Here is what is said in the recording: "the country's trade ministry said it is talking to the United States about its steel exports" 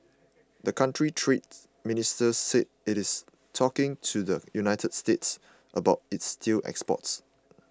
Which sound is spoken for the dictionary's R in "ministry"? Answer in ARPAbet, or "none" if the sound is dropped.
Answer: none